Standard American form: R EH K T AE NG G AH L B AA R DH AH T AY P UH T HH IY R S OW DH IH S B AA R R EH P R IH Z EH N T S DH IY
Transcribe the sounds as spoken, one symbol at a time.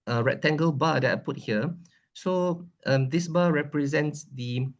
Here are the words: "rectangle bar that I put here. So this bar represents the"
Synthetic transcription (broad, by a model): R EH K T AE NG G AH L B AA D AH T AY P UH T HH IY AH S OW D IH S B AA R R EH P R IH Z EH N T S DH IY